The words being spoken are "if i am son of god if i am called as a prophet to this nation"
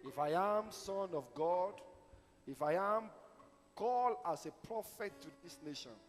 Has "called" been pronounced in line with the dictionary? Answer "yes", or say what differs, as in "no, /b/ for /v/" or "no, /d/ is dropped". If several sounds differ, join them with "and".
no, /d/ is dropped